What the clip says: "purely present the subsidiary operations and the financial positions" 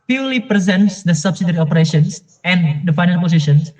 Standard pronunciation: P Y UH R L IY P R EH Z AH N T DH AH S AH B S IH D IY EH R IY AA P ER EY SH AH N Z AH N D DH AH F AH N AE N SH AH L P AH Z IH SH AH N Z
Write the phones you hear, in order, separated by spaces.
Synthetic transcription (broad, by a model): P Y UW L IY P R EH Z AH N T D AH S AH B S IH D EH R IY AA P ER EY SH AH N S AH N D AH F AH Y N AH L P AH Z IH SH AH N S